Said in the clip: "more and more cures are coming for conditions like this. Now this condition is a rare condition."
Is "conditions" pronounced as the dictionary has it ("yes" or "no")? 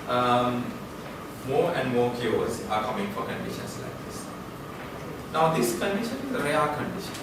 no